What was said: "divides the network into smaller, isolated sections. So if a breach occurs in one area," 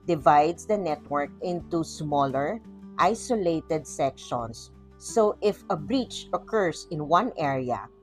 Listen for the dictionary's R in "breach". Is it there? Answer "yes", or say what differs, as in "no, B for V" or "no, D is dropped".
yes